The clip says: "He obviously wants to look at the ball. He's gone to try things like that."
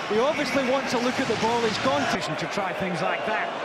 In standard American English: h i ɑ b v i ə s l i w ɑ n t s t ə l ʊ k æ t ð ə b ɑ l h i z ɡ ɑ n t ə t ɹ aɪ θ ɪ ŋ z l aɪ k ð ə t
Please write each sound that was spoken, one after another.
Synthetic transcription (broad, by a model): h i ɑ b v i ə s l i w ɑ n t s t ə l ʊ k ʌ t ð ə b ɑ l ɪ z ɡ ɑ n t ə t ɹ aɪ θ ɪ ŋ z l aɪ k ð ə t